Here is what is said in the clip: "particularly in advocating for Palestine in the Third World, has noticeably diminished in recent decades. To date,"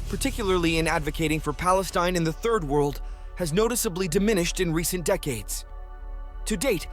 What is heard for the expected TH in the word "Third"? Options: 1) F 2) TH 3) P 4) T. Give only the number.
2